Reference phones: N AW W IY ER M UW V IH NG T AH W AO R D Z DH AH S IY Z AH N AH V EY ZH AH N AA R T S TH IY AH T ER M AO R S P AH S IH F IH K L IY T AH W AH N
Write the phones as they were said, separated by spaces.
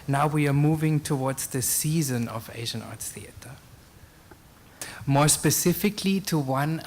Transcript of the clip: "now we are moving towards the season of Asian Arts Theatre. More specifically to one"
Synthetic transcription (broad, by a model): N AW W IY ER M UW V IH NG T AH W AO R D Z DH AH S IY Z AH N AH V EY ZH AH N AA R T S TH IY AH T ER M AO R S P AH S IH F IH K L IY T AH W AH N